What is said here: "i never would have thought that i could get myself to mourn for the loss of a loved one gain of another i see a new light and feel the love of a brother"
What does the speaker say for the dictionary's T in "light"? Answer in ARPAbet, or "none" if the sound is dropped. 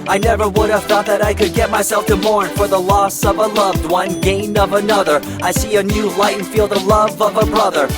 none